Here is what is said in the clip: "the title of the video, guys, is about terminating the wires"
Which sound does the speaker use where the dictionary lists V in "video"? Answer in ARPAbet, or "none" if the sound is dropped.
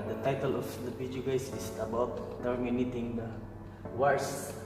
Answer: P